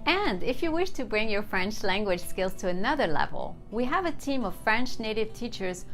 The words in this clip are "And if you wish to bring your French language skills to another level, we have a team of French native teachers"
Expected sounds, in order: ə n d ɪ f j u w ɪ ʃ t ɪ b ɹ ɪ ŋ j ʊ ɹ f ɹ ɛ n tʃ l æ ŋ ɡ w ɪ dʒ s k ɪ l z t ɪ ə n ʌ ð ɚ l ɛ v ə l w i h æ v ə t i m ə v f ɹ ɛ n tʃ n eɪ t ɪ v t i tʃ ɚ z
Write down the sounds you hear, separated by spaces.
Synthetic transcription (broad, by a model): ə n d ɪ f j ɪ w ɪ ʃ t ɪ b ɹ ɪ ŋ j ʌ ɹ f ɹ ɛ n tʃ l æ ŋ ɡ w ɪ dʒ s k ɪ l z t ɪ ə n ʌ ð ɚ l ɛ v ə l w i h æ v ə t i m ə v f ɹ ɛ n tʃ n eɪ t ɪ v t i tʃ ɚ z